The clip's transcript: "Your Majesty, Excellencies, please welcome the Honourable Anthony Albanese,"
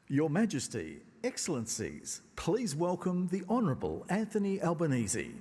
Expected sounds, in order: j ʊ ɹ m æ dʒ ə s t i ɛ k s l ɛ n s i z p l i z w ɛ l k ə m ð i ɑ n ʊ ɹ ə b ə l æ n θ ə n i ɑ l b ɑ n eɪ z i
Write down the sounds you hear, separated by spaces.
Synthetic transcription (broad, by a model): j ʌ ɹ m æ dʒ ə s t i ɛ k s l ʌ n s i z p l i z w ɛ l k ə m ð i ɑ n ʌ ɹ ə b ə l æ n θ ə n i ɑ l b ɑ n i z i